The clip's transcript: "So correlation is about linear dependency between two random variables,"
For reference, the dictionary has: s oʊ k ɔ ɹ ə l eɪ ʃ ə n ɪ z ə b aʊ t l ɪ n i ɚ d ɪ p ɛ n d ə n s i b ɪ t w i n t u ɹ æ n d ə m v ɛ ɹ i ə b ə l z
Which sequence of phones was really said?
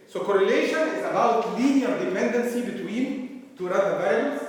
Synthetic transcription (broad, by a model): s oʊ k ɔ ɹ ə l eɪ ʃ ə n ɪ z ə b aʊ t l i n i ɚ d ɪ p ɛ n d ə n s i b ɪ t w i n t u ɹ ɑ d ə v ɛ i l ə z